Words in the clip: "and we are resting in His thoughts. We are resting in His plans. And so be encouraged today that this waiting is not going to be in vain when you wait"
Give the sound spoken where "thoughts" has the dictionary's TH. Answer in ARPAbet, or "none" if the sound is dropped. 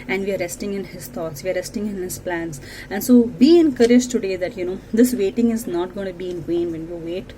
T